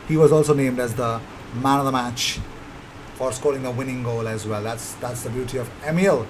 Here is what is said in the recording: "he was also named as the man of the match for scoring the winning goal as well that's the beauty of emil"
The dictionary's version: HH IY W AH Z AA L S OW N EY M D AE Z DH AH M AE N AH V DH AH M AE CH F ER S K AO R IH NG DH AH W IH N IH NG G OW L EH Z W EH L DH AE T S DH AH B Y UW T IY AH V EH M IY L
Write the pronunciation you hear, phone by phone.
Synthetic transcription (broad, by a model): HH IY W AH Z AA L S OW N EY M D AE Z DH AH M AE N AH V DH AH M AE CH F ER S K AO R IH NG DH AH W IH N IH NG G OW L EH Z W EH L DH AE T S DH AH B Y UW T IY AH V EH M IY L